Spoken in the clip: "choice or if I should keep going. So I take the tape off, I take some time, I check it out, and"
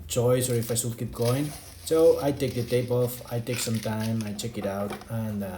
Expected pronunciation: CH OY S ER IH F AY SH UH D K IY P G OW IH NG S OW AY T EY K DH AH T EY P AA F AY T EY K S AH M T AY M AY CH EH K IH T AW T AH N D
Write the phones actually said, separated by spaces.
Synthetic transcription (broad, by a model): CH OY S ER IH F AY S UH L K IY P G OW IH NG S OW AY T EY K DH AH T EY P AA F AY T EY K S AH M T AY M AY CH EH K IH T AW T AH N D